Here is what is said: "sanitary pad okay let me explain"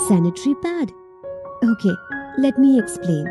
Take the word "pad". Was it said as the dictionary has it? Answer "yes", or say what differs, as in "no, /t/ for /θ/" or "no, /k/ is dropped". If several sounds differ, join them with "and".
no, /b/ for /p/